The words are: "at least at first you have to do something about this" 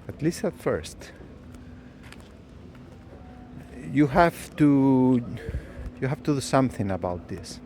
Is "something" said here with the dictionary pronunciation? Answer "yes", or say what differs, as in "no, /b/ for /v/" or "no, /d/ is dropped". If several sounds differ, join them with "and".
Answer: yes